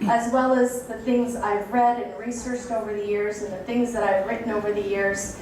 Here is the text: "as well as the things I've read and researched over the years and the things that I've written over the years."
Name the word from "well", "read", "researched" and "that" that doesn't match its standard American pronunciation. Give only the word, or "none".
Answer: none